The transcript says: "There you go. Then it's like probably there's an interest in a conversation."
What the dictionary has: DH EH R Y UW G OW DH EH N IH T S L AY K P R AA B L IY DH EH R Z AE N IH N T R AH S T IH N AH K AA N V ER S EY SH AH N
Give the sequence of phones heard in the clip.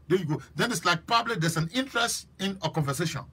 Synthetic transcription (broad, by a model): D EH Y UW G OW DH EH N IH T S L AY K P AA B L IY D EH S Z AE N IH N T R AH S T IH N AH K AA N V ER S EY SH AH N